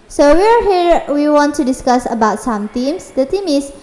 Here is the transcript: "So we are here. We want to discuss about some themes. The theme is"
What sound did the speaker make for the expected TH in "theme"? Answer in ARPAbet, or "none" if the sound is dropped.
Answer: T